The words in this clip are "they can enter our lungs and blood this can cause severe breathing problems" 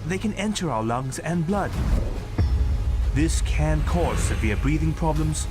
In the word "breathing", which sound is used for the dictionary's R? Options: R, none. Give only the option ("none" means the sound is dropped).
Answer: R